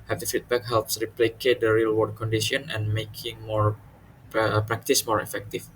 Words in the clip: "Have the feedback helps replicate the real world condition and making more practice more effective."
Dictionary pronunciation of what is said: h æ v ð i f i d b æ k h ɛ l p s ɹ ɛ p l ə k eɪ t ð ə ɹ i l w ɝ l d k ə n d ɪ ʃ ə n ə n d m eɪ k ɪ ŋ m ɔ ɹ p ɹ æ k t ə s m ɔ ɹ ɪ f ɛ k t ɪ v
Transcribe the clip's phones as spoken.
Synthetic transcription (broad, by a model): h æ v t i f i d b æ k h ɛ l p s ɹ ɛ p l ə k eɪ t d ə ɹ i l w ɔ d k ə n d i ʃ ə n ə n m eɪ k ɪ ŋ m ɔ ɹ p ɹ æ k t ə s m ɔ ɹ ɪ f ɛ k t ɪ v